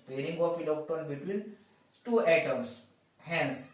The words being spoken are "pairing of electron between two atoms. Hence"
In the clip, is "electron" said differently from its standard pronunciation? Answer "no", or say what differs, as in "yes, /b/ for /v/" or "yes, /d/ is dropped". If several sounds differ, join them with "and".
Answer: yes, /ɹ/ is dropped